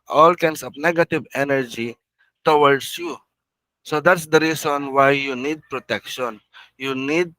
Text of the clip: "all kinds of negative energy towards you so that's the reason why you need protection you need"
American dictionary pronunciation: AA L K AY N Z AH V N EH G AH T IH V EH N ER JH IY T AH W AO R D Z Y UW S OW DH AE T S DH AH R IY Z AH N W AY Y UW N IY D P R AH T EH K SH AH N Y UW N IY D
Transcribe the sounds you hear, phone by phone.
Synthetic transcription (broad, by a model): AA L K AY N S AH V N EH G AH T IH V EH N ER JH IY T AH W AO R D S Y UW S OW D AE T S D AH R IY S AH N W AY Y UW N IY D P R AH T EH K SH AH N Y UW N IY D